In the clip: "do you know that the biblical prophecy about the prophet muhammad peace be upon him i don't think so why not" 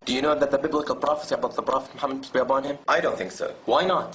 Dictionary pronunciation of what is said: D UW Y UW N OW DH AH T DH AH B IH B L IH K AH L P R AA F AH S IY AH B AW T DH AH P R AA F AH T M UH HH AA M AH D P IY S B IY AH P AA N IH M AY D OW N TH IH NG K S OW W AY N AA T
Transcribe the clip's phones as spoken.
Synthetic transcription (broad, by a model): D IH Y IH N OW DH AH T DH AH B IH B L IH K AH L P R AA F AH S IY AH B AW T DH AH P R AA F AH T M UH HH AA M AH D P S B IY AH B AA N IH M AY D OW N TH IH NG K S OW W AY N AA T